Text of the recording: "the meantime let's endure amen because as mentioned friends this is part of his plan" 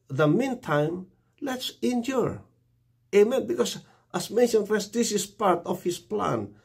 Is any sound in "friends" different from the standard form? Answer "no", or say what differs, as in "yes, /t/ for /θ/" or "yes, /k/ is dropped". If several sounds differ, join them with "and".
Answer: yes, /ɹ/ is dropped